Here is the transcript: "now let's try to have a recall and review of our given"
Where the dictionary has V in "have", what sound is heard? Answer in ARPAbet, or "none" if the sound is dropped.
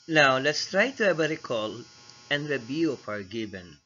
B